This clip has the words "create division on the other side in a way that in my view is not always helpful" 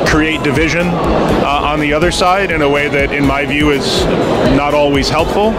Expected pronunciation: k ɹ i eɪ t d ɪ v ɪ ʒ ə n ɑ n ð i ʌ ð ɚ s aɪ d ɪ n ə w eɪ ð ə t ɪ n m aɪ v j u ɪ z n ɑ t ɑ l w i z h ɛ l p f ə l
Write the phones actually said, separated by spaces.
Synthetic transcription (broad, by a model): k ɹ i eɪ t d ɪ v ɪ ʒ ə n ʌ n ð i ʌ ð ɚ s aɪ d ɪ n ə w eɪ ð ə t ɪ n m aɪ v j u ɪ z n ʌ t ɑ l w i z h ɛ l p f l